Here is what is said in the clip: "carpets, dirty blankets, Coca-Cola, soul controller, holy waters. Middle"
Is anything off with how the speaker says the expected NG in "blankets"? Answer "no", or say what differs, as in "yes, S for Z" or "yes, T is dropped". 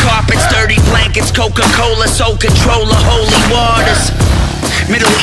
no